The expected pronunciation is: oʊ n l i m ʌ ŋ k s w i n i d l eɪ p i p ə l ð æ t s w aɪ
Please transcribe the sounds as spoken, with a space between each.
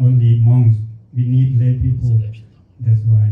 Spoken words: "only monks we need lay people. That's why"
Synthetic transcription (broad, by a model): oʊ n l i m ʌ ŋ s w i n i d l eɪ p i p ə l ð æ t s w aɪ